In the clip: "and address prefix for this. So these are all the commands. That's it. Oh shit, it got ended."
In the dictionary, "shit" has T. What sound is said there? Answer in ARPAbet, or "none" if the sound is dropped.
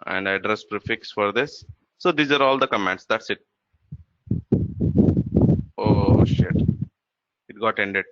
T